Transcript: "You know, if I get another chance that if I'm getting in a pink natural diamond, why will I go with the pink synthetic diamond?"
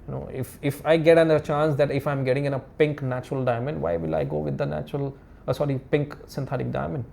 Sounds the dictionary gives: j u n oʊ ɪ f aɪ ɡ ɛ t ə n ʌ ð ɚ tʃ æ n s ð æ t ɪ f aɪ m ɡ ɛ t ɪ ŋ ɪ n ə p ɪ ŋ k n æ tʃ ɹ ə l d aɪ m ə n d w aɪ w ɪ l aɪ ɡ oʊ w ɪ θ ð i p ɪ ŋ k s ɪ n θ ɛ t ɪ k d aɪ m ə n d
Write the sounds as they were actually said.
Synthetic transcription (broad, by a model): j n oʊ ɪ f aɪ ɡ ɛ t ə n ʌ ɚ tʃ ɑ n s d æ t ɪ f aɪ m ɡ ɛ t ɪ ŋ ɪ n ə p ɪ ŋ k n æ tʃ ɹ ə l d aɪ m ə n d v aɪ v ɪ l aɪ ɡ oʊ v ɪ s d i p ɪ ŋ k s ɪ n t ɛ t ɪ k d aɪ m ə n d